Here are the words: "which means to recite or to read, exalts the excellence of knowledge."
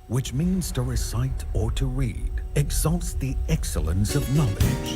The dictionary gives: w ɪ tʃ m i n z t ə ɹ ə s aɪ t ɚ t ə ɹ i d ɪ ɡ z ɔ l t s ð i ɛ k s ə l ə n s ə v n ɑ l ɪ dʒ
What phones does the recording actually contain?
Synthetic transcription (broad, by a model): w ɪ tʃ m i n z t ə ɹ ə s aɪ t ɚ t ə ɹ i d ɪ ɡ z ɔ l t s ð i ɛ k s ə l ə n s ə v n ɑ l ɪ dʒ